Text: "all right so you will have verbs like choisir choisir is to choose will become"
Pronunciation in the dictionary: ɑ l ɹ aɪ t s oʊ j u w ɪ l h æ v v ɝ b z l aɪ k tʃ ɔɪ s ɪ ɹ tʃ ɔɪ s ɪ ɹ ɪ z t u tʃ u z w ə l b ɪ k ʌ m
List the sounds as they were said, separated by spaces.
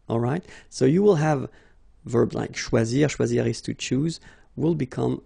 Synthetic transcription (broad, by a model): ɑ l ɹ aɪ t s oʊ j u w ɪ l h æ v v ɝ b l aɪ k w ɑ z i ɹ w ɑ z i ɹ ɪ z t u tʃ u z w ə l b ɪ k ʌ m